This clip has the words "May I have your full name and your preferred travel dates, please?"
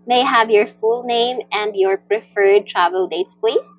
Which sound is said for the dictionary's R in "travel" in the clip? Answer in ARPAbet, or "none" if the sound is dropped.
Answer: R